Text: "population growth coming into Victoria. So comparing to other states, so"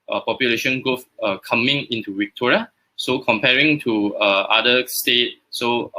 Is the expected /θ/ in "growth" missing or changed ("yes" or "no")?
yes